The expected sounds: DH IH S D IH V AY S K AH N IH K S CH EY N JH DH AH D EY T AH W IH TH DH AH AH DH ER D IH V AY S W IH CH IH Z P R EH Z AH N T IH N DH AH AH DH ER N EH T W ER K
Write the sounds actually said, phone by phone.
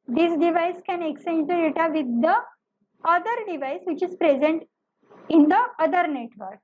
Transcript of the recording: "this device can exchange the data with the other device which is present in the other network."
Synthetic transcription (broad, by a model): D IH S D IH V AY S K AH N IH K S EY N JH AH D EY T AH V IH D AH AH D ER D IH V AY S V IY CH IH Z P R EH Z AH N T IH N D AH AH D ER N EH T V ER K